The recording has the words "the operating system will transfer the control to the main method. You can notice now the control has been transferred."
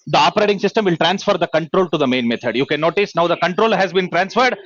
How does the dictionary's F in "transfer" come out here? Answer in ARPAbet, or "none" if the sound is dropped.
F